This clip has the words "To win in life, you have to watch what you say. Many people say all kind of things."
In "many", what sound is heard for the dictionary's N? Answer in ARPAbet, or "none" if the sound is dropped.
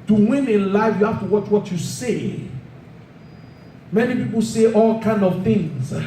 N